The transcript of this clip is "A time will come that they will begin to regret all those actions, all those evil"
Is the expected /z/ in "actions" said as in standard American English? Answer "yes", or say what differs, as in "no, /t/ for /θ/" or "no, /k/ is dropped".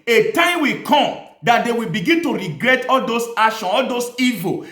no, /z/ is dropped